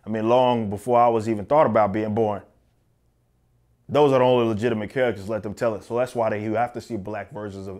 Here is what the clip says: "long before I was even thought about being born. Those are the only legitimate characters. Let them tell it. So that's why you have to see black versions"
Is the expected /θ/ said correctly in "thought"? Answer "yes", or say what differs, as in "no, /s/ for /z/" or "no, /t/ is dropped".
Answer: yes